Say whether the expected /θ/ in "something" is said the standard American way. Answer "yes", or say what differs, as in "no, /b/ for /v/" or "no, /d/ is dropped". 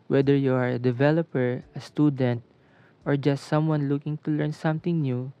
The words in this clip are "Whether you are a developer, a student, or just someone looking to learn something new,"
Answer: no, /t/ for /θ/